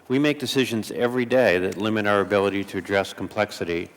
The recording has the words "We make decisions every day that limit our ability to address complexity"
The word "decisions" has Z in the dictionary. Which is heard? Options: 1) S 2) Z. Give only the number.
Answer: 2